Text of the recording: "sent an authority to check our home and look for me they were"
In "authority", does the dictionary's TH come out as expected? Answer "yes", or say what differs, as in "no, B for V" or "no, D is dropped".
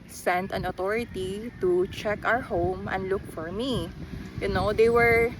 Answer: no, T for TH